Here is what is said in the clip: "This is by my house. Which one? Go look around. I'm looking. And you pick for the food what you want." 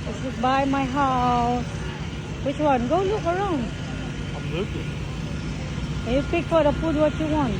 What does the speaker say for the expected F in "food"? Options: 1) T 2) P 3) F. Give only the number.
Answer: 2